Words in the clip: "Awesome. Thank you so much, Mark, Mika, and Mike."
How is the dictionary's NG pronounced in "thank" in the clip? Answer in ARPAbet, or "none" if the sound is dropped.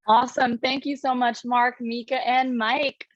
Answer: NG